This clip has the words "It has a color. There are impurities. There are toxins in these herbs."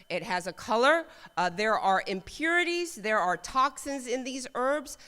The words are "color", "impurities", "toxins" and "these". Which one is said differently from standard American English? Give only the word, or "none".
none